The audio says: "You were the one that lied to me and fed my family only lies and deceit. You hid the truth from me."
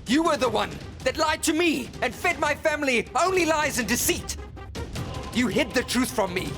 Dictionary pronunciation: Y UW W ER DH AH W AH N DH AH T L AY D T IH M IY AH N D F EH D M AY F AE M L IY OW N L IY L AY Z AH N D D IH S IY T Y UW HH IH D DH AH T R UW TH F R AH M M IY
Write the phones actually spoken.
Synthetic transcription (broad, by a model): Y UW W ER DH AH W AH N DH AH T L AY D T IH M IY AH N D F EH D M AY F AE M L IY OW N L IY L AY Z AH N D D IH S IY T Y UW HH IH D DH AH T R UW TH F R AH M M IY